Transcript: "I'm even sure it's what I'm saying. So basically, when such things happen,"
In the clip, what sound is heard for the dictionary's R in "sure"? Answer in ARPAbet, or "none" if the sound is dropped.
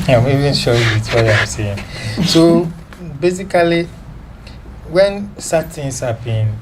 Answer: W